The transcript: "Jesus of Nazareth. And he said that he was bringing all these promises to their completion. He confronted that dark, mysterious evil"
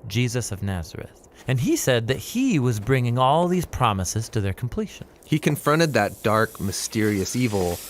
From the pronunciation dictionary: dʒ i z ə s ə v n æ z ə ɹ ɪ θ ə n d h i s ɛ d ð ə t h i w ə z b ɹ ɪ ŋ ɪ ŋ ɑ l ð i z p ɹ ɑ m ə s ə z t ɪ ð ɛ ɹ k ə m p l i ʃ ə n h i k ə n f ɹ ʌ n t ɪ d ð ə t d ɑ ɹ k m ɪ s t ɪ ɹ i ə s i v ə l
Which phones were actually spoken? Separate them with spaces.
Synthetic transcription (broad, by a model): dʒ i z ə s ə v n æ z ə ɹ ɪ θ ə n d i s ɛ d ð ə t h i w ə z b ɹ ɪ ŋ ɪ ŋ ɑ l ð i z p ɹ ɑ m ə s ə z t ɪ ð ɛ ɹ k m p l i ʃ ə n h i k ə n f ɹ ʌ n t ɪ d ð ə t d ɑ ɹ k m ɪ s t ɪ ɹ i ə s i v l